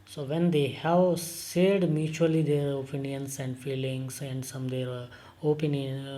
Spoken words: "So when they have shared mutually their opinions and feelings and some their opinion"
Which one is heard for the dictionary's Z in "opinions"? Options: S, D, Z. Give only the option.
S